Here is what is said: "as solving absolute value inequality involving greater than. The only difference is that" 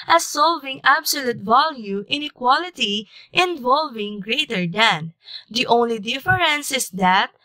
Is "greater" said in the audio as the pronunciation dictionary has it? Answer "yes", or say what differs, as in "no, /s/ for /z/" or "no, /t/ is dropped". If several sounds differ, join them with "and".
yes